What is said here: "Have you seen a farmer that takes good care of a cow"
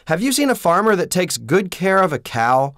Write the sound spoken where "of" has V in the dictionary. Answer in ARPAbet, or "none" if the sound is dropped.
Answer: V